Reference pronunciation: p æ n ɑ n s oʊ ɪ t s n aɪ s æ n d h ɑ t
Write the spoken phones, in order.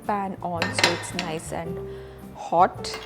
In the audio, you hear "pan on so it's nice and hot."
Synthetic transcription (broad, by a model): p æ n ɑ l s oʊ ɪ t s n aɪ s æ n d h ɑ t